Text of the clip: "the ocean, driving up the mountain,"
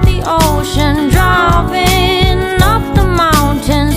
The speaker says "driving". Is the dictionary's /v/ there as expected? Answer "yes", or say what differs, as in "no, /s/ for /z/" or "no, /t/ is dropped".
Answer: no, /p/ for /v/